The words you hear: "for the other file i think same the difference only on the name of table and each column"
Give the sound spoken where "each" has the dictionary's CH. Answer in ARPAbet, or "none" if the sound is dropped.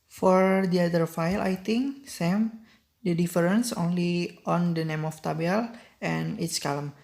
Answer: S